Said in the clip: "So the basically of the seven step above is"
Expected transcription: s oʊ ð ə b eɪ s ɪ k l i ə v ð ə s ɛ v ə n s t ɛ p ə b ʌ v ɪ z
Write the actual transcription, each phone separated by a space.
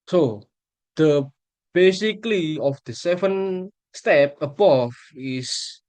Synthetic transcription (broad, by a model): s oʊ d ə b eɪ s ɪ k l i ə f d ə s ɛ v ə n s t ɛ p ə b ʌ f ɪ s